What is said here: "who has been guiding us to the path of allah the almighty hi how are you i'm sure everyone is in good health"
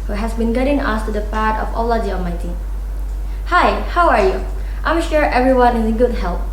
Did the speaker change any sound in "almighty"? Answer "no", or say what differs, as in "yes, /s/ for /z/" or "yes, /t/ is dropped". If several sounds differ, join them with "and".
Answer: yes, /l/ is dropped